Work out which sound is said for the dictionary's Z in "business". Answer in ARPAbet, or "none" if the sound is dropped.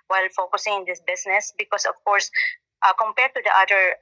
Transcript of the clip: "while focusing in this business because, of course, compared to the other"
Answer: S